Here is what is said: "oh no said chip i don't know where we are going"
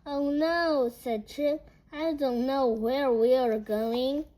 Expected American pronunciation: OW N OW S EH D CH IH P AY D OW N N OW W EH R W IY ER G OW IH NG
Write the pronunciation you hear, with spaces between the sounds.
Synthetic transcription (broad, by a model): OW N OW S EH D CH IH AY D OW N N OW W EH R W IY ER G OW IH NG